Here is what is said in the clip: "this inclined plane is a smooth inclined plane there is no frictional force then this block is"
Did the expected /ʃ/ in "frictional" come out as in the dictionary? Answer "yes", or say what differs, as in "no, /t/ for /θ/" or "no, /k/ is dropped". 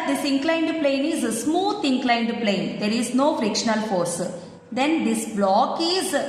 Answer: yes